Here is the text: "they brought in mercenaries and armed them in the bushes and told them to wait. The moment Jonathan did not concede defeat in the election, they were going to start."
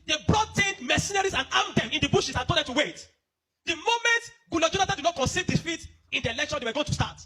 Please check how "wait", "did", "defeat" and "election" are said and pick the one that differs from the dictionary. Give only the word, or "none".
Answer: none